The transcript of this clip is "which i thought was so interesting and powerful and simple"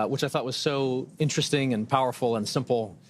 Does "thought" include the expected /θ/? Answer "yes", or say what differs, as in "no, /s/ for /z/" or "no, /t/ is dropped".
yes